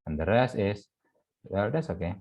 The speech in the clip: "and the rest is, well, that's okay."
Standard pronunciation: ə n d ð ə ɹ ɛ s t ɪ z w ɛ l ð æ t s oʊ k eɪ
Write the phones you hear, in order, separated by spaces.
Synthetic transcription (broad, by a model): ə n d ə ɹ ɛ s ɪ s w ɛ l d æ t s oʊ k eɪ